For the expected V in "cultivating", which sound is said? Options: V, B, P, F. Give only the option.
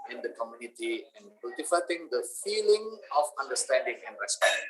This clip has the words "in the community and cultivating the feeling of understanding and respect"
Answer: F